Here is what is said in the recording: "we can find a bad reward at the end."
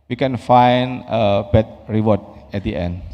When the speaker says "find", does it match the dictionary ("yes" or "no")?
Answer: no